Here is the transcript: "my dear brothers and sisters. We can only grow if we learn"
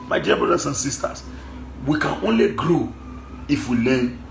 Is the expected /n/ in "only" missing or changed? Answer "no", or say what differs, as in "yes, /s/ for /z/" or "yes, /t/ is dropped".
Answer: no